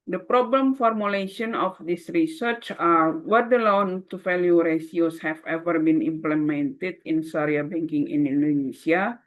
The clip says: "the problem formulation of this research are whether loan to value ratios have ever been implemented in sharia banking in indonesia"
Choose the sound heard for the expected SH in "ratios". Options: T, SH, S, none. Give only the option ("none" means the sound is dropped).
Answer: S